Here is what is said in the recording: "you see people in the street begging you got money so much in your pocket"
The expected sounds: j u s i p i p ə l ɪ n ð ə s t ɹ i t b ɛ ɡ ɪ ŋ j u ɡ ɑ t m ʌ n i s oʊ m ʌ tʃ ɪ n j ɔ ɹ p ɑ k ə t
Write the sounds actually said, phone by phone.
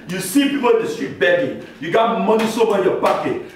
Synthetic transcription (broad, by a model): j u s i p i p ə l ɪ n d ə s t ɹ i t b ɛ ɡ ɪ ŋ j u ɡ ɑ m m ʌ n i s oʊ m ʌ ɪ n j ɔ p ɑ k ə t